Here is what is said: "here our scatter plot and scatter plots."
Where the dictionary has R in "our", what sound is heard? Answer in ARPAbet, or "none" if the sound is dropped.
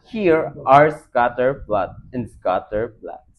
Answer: R